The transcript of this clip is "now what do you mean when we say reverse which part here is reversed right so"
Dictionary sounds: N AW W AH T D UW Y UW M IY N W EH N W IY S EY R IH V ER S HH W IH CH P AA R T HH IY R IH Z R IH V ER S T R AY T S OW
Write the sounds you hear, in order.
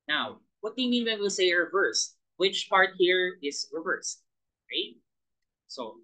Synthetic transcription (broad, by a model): N AW W AH T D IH Y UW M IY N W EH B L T S EY R IH V ER S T W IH CH P AA R T HH IY R IH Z R IH V ER S T R AY T S OW